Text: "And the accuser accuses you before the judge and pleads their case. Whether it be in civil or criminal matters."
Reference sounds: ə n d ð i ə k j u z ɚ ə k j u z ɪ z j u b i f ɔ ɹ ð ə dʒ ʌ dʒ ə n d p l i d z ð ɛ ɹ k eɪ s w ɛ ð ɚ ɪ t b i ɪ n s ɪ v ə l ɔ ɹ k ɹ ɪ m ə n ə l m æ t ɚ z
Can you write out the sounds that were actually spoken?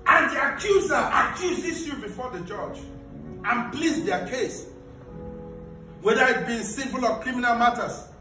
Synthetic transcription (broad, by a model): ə n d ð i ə k j u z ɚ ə k j u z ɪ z j u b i f ɔ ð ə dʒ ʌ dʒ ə n p l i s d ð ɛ k eɪ s w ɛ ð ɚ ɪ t b i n s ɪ p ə l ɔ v k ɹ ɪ m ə n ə l m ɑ t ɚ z